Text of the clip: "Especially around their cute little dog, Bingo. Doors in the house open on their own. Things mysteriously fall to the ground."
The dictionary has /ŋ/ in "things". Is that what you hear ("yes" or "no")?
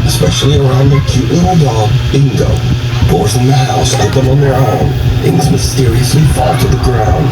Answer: no